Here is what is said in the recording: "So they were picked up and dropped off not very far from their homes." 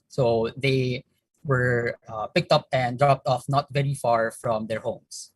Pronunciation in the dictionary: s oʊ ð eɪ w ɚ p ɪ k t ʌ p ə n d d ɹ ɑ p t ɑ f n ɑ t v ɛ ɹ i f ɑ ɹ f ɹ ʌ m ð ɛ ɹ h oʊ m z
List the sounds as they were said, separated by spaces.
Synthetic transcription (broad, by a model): s oʊ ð eɪ w ɚ p ɪ k t ʌ p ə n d d ɹ ɑ p t ɑ f n ɑ t v ɛ ɹ i f ɑ ɹ f ɹ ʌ m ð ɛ ɹ h oʊ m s